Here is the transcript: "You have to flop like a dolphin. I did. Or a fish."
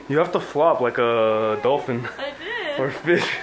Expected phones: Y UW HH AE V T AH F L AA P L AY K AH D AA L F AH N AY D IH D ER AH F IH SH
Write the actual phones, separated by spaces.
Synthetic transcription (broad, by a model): Y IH HH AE F T AH F L AA P L AY K AH D AA L F AH N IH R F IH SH